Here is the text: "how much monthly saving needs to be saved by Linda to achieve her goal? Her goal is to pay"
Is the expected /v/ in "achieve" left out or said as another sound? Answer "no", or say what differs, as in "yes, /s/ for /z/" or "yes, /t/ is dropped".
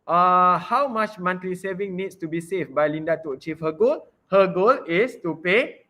yes, /f/ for /v/